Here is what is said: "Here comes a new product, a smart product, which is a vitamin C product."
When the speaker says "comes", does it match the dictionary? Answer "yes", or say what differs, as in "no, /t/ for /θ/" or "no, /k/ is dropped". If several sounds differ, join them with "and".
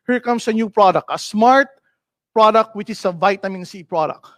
no, /s/ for /z/